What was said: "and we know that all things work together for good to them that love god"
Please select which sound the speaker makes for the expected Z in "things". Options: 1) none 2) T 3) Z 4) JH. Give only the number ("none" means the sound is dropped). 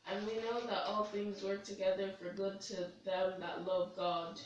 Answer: 3